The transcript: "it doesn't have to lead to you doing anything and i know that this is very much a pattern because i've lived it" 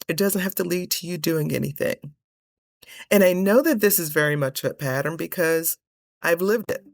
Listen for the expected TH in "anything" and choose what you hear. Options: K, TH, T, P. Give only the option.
TH